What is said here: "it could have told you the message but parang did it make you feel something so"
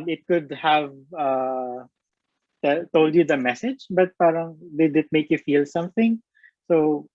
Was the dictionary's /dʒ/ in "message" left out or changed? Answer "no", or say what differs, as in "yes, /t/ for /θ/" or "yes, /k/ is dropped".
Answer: no